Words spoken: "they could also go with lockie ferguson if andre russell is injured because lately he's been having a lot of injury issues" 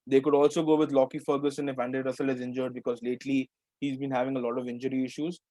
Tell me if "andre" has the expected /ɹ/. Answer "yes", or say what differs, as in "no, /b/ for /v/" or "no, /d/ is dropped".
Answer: no, /ɹ/ is dropped